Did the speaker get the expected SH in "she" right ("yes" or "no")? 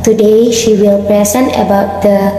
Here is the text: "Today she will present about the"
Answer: yes